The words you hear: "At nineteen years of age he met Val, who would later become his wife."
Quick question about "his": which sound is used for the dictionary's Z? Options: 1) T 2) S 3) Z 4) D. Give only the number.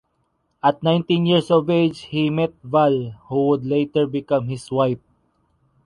2